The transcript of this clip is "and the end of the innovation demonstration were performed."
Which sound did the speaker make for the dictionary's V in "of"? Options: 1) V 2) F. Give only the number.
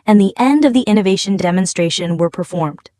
1